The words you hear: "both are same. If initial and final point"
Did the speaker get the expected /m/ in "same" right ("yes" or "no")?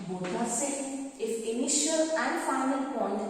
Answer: no